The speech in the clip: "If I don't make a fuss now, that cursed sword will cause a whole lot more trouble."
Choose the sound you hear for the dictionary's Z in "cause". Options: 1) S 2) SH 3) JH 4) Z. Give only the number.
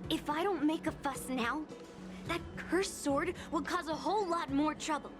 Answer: 4